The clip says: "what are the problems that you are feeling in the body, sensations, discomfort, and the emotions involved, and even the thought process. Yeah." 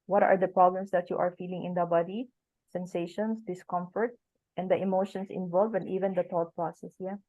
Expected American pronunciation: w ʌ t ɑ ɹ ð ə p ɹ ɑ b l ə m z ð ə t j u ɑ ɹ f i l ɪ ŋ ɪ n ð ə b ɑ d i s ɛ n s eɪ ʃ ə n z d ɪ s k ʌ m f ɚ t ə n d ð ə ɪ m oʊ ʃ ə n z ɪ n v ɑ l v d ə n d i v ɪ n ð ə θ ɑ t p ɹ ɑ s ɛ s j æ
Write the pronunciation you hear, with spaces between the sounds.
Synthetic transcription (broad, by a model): w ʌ t ɑ ɹ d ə p ɹ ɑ b l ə m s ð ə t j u ɑ ɹ f i l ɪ ŋ ɪ n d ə b ɑ d i s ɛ n s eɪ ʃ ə n s d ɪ s k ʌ m f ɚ t ə n d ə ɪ m oʊ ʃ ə n s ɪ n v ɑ l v ə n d i v ɪ n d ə t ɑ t p ɹ ɑ s ɛ s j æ